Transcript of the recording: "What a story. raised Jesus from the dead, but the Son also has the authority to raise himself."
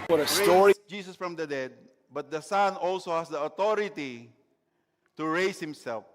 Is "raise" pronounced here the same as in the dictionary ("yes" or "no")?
no